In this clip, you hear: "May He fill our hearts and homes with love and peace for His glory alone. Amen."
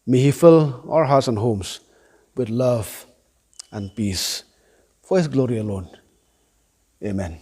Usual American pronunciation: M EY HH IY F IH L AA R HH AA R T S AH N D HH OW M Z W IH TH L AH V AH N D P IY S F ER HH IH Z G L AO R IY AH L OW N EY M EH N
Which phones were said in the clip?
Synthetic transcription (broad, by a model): M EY HH IY F IH L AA L HH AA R T S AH N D HH OW M S W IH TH L AH V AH N P IY S F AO HH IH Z G L AO R IY AH L OW N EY M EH N